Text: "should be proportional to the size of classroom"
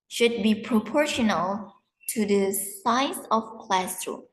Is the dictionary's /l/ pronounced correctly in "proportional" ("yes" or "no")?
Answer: yes